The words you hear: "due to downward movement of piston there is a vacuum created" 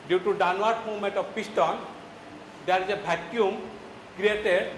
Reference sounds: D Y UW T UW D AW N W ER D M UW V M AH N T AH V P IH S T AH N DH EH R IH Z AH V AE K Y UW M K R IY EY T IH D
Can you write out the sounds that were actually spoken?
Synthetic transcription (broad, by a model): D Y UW T UW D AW N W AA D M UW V M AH N T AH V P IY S T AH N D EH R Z AH B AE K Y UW M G R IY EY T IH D